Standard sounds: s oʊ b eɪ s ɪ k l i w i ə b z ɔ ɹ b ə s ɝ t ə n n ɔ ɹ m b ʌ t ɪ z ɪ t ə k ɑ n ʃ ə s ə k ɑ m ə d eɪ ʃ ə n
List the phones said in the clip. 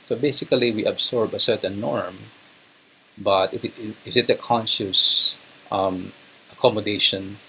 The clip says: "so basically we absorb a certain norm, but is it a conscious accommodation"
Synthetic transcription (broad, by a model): s oʊ b eɪ s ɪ k l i w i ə b s ɔ ɹ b ə s ɝ t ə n n ɔ ɹ m b ʌ t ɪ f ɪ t ə k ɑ n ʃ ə s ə k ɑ m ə d eɪ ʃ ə n